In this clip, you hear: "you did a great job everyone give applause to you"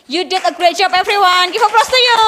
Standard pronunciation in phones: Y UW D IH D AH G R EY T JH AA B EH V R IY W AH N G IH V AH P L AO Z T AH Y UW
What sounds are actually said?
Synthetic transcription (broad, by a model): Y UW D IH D AH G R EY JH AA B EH F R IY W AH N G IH F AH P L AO S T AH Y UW